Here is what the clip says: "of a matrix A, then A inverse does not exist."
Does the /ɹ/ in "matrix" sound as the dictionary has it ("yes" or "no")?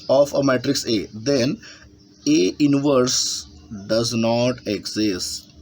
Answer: yes